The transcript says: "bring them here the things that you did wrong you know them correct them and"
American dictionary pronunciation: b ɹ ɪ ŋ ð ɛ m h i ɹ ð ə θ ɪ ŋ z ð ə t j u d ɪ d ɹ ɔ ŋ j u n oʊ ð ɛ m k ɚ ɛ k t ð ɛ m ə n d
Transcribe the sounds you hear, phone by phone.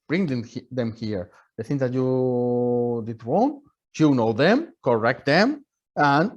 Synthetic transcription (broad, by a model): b ɹ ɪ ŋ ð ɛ m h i ɹ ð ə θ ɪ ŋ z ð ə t j u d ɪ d w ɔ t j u n oʊ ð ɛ m k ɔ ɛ k t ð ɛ m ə n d